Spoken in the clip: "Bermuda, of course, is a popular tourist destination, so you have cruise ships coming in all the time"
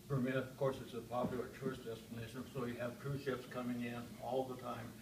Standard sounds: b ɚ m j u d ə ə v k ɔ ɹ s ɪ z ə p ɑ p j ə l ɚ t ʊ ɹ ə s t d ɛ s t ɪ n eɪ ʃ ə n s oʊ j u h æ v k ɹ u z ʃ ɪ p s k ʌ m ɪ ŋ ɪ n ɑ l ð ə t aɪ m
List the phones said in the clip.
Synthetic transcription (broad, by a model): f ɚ m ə ə v k ɔ ɹ s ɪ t ə p ɑ p j l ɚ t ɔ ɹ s d ɛ s t ɪ n eɪ ʃ ə n s oʊ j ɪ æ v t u ʃ ɪ p s k ʌ m ɪ ŋ ɪ n ɑ l ð ə t aɪ m